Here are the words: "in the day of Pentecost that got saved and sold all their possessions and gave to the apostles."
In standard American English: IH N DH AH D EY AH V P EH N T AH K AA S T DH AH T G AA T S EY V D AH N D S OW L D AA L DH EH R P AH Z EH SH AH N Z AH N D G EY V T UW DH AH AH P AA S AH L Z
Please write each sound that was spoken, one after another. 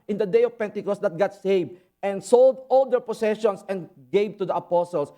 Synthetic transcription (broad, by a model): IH N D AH D EY AH V P EH N T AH K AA S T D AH T G AA T S EY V AH N D S OW L D AA L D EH R P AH S EH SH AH N S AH N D G EY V T UW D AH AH P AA S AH L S